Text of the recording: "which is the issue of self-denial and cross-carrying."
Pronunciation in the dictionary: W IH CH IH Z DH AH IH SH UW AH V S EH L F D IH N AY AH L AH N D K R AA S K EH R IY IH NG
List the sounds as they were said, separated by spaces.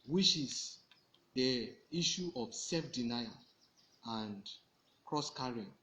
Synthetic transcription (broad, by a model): W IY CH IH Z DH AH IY SH UW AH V S EH L F D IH N AY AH AH N D K R AA S K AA R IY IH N